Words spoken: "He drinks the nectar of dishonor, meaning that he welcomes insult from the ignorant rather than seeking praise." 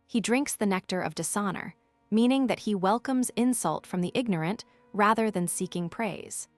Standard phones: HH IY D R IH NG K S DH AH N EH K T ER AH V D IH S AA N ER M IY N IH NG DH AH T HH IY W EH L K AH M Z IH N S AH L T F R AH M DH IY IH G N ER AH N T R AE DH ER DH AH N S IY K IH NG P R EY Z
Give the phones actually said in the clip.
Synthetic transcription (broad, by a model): HH IY D R IH NG K S DH AH N EH K T ER AH V D IH S AA N ER M IY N IH NG DH AH T HH IY W EH L K AH M Z IH N S AH L T F R AH M DH IY IH G N ER AH N T R AE DH ER DH AH N S IY K IH NG P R EY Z